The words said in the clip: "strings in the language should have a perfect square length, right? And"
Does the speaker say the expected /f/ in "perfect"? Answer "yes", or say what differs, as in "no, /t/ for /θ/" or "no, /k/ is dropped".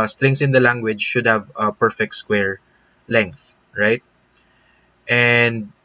yes